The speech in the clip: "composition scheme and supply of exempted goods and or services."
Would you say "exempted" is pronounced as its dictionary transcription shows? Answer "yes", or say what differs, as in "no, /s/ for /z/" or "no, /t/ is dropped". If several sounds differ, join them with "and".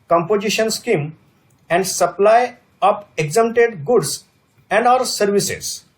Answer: no, /p/ is dropped